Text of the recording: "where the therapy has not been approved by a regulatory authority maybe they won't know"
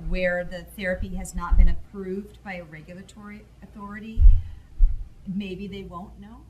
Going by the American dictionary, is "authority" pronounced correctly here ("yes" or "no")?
yes